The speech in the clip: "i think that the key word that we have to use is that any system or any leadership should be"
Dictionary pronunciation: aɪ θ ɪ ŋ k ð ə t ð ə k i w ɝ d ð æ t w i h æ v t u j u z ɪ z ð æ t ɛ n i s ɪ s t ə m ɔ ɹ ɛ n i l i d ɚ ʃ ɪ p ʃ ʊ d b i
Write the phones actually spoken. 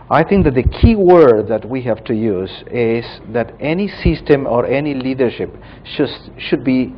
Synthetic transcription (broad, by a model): aɪ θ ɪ ŋ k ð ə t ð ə k i w ɝ d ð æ t w i h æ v t u j u z ɪ z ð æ t ɛ n i s ɪ s t ə m ɔ ɹ ɛ n i l i d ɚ ʃ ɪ p ʃ ʊ d b i